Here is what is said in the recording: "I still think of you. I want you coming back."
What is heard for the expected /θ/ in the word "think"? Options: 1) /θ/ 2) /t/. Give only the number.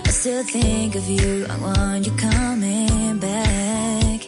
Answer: 1